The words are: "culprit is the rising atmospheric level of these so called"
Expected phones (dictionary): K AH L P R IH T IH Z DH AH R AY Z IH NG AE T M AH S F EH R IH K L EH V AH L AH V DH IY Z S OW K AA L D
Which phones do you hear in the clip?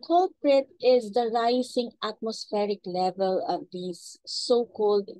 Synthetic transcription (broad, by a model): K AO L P R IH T IH Z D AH R AY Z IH NG AE T M AH S F EH R IH K L EH V AH L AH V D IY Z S OW K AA L D